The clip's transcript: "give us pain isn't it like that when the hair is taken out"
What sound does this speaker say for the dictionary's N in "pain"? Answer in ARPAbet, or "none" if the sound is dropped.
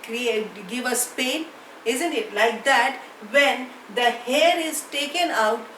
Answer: N